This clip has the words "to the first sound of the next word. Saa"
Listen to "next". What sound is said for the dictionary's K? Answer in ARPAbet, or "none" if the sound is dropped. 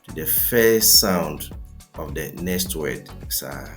none